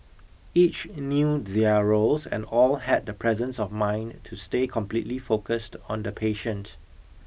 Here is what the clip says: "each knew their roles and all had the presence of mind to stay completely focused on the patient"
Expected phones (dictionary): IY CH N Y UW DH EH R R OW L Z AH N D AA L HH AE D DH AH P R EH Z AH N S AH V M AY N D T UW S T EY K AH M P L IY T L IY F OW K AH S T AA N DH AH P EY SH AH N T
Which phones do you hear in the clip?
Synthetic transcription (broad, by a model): IY CH N Y UW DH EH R R OW L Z AH N D AA L HH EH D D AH P R EH Z AH N S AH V M AY N T UW S T EY K AH M P L IY T L IY F OW K AH S T AA N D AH P EY SH AH N T